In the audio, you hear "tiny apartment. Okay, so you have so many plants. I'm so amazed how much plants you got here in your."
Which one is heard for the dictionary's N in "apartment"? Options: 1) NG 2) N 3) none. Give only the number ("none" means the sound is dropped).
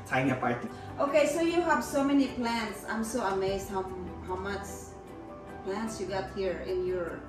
3